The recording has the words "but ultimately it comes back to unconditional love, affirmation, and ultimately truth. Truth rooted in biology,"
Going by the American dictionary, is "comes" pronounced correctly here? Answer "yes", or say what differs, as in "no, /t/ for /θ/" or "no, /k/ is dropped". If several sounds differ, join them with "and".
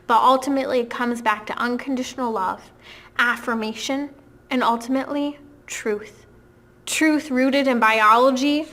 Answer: yes